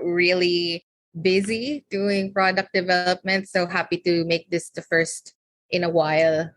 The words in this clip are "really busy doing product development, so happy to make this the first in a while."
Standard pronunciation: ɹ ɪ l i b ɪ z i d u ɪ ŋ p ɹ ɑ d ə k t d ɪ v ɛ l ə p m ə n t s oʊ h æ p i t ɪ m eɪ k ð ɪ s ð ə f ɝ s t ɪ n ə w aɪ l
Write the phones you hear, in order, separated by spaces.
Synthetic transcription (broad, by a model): ɹ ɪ l i b ɪ z i d u ɪ ŋ p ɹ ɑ d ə k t d ɪ v ɛ l ə p m ə n t s oʊ h æ p i t ɪ m eɪ k ð ɪ s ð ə f ɝ s t ɪ n ə w aɪ l